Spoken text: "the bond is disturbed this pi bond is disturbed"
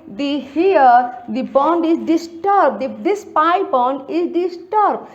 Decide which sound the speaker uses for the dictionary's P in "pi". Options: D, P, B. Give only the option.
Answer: P